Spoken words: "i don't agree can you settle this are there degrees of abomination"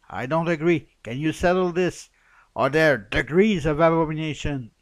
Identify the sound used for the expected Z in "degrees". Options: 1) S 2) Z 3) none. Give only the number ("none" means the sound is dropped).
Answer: 2